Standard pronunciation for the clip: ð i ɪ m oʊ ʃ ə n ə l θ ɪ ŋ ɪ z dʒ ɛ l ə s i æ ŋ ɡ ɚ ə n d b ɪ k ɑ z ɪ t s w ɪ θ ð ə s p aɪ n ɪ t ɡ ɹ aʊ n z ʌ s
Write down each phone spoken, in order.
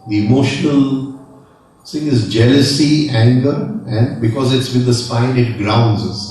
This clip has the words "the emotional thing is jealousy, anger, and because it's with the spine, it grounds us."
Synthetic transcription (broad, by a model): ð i ɪ m oʊ ʃ ə n ə l s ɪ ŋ ɪ z dʒ ɛ l ə s i æ ŋ ɡ ɚ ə n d b ɪ k ɑ z ɪ t s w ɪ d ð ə s p aɪ n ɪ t ɡ ɹ aʊ n z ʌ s